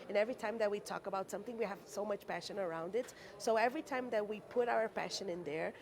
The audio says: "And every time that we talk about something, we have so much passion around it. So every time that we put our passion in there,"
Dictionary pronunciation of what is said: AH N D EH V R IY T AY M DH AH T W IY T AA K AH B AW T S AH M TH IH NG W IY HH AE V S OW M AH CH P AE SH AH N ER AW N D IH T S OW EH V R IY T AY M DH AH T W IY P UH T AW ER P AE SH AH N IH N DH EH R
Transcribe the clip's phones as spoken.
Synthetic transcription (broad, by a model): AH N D EH V R IY T AY M DH AH T W IY T AA K AH B AW T S AH M TH IH NG W IY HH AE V S OW M AH CH P AE SH AH N ER AW N D IH T S OW EH V R IY T AY M DH AH T W IY P UH T AW ER P AE SH AH N IH N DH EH R